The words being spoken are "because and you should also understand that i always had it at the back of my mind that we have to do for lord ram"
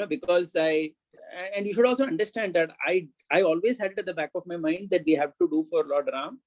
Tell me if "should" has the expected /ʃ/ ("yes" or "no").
yes